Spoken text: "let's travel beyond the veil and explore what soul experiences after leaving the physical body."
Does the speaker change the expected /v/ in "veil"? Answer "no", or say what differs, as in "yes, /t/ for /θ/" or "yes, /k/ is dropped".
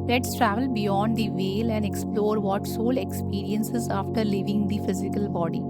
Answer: no